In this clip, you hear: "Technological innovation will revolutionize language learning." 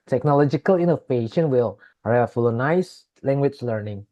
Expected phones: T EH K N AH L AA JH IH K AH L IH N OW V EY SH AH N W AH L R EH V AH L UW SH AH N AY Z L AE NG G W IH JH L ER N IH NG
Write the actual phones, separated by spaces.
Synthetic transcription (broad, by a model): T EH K N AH L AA JH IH K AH L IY N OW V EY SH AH N W AH L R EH F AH L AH N AY S L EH NG G W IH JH L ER N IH NG